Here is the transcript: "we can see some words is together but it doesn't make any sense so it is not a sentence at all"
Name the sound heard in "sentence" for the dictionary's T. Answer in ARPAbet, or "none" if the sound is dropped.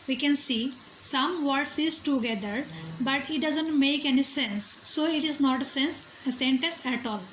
S